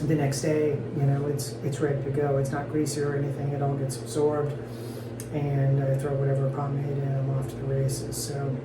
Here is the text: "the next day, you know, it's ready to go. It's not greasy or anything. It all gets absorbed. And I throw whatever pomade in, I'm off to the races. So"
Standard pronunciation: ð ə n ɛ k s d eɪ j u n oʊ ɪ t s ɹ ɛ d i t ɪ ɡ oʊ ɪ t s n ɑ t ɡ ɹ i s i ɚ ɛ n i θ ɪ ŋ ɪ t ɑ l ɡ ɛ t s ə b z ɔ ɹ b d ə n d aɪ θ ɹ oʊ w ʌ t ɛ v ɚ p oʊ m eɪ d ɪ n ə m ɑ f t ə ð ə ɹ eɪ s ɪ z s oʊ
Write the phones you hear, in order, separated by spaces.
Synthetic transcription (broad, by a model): ð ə n ɛ k s d eɪ j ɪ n oʊ ɪ t s ɹ ɛ d i t ɪ ɡ oʊ ɪ t s n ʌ t ɡ ɹ i s i ɚ ɛ n i θ ɪ ŋ ɪ t ɑ l ɡ ɛ t s ə b z ɔ ɹ b d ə n aɪ θ ɹ oʊ w ʌ t ɛ v ɚ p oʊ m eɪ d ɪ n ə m ɑ f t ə ð ə ɹ eɪ s ɪ z s oʊ